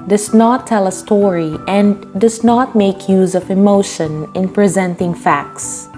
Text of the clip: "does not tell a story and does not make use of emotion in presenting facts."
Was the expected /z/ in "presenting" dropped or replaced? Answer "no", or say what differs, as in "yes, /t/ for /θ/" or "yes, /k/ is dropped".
no